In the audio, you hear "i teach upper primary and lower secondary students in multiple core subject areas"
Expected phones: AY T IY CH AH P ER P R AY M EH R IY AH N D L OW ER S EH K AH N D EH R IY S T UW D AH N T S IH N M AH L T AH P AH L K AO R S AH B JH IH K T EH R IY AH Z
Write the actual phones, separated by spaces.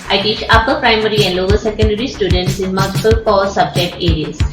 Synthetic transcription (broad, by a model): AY T IY CH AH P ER P R AY M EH R IY AH N D L OW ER S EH K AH N D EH R IY S T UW D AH N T S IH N M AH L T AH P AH L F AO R S AH B JH IH K T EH R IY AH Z